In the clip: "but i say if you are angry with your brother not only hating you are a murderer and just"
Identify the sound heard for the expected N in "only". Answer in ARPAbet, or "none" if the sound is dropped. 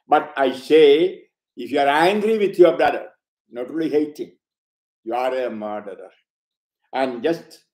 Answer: none